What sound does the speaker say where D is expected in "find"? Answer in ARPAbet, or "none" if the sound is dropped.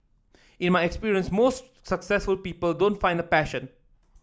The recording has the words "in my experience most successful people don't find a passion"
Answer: D